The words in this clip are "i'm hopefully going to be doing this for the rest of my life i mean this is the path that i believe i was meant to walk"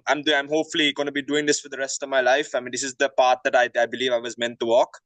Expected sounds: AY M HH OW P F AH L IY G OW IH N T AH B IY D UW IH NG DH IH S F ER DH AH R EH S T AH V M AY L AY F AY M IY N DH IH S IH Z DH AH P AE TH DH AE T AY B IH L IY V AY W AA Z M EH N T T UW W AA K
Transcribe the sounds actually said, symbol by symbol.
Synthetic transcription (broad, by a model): AY M HH OW P F AH L IY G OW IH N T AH B IY D UW IH NG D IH S F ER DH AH R EH S T AH V M AY L AY F AY M IY N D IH S IH Z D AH P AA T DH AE T AY B IH L IY V AY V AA Z M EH N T T UW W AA K